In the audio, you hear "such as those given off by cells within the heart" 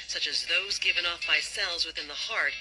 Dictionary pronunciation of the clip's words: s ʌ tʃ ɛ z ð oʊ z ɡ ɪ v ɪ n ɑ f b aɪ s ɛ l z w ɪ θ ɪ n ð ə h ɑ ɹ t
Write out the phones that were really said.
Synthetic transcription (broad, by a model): s ʌ tʃ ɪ z ð oʊ z ɡ ɪ v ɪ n ɑ f b aɪ s ɛ l z w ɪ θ ɪ n ð ə h ɑ ɹ t